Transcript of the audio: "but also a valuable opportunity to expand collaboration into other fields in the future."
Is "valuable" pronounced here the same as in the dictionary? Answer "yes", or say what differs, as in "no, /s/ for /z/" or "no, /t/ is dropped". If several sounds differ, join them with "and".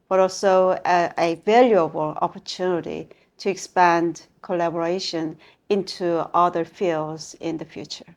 yes